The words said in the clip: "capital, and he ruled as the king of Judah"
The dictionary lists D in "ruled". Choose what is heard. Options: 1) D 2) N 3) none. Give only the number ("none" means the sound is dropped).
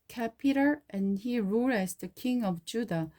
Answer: 3